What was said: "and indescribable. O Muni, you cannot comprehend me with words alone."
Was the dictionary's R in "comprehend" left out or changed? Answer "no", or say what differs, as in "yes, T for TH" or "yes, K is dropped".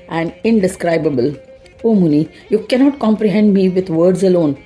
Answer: no